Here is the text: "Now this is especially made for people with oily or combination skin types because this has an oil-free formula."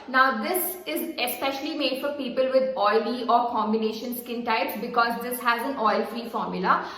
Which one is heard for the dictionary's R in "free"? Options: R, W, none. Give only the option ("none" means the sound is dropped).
R